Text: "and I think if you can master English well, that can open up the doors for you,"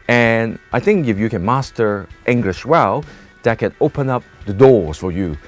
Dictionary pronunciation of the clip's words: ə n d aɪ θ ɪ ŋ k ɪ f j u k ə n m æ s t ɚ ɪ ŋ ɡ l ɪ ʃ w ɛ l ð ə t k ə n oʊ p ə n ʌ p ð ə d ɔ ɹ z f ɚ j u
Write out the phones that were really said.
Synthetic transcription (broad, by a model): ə n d aɪ θ ɪ ŋ k ɪ f j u k ə n m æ s t ɚ ɪ ŋ ɡ l ɪ ʃ w ɛ l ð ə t k ə n oʊ p ə n ʌ p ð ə d ɔ ɹ z f ɚ j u